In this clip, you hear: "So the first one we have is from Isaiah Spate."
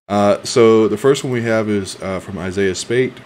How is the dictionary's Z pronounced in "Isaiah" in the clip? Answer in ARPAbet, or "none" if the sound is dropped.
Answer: Z